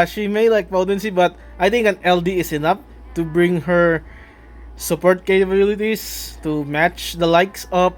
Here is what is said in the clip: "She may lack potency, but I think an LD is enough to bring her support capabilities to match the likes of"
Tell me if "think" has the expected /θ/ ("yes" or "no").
no